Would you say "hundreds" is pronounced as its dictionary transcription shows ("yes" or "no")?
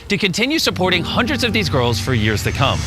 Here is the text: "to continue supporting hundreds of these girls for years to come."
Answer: yes